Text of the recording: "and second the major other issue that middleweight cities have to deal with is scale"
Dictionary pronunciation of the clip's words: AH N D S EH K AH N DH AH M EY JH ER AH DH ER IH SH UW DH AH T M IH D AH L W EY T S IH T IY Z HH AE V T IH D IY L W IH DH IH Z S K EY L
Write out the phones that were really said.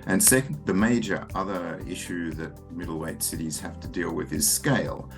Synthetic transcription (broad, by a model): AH N S EH K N DH AH M EY JH ER AH DH ER IH SH UW DH AH T M IH D L W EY T S IH T IY Z HH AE F T IH D IY L W IH DH IH Z S K EY L